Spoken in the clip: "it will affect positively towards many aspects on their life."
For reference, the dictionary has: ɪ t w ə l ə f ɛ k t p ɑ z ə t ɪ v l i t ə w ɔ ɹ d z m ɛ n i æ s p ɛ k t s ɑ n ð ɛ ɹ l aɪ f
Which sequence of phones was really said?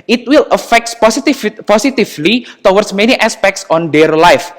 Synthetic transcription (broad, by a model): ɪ t w ə l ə f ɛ k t p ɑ s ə t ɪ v l i t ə w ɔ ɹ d s m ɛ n i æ s p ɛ k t s ɑ n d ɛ ɹ l aɪ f